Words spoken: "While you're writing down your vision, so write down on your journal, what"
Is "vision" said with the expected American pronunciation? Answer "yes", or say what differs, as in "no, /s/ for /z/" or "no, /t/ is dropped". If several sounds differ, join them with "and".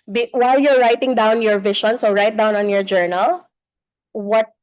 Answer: no, /ʃ/ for /ʒ/